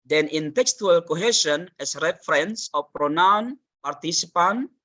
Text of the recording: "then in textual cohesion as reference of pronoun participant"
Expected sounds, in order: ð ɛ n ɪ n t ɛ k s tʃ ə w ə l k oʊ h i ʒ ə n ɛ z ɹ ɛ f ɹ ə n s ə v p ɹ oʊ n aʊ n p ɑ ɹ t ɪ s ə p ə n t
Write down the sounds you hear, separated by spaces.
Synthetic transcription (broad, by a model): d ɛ n ɪ n t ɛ k s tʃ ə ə l k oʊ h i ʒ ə n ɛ s ɹ ɛ f ɹ ə n s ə f p ɹ oʊ n aʊ n p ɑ ɹ t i s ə p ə n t